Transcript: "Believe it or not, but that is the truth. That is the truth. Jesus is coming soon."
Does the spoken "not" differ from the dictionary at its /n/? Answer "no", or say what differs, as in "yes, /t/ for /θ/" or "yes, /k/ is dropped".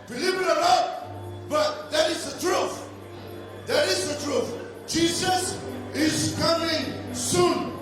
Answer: yes, /l/ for /n/